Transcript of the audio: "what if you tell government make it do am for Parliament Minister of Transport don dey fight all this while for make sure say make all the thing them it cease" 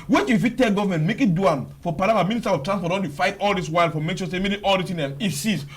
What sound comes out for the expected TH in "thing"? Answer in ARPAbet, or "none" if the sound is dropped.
S